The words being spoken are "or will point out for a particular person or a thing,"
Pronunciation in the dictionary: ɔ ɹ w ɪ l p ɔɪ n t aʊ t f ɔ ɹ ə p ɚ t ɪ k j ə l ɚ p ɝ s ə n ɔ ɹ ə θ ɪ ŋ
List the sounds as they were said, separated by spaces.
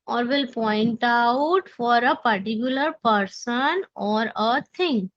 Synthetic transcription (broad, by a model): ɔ ɹ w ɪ l p ɔɪ n t aʊ t f ɔ ɹ ə p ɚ t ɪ k j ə l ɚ p ɝ s ə n ɔ ɹ ə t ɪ ŋ